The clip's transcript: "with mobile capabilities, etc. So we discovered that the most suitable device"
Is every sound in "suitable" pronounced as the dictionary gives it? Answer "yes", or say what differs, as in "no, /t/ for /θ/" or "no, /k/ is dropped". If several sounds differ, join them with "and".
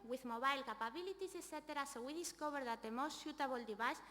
no, /ʃ/ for /s/